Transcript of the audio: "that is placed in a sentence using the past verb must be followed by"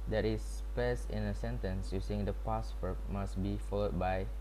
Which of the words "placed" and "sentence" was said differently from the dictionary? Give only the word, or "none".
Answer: placed